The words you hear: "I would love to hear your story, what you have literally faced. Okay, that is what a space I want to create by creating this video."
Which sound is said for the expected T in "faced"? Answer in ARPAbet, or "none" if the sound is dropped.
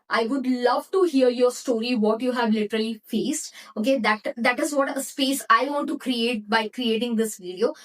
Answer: T